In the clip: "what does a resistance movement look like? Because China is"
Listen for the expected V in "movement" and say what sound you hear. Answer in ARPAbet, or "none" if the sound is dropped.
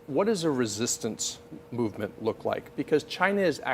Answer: V